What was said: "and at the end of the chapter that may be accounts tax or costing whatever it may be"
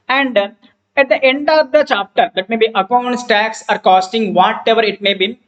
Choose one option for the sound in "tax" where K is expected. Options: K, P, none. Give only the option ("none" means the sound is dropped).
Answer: K